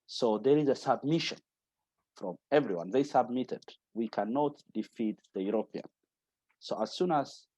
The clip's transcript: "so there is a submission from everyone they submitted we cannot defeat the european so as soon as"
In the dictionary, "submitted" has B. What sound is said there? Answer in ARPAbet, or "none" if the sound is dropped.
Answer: B